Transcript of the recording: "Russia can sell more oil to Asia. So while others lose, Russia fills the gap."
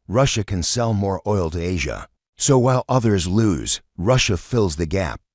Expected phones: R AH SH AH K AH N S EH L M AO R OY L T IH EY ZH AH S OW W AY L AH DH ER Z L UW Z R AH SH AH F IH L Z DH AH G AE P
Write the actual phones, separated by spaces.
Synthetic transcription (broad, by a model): R AH SH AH K AH N S EH L M AO R OY L T IH EY ZH AH S OW W AY L AH DH ER Z L UW Z R AH SH AH F IH L Z DH AH G AE P